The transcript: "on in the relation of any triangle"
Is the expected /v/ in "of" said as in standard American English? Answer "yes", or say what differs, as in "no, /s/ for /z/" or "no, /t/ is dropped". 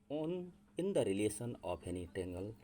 no, /p/ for /v/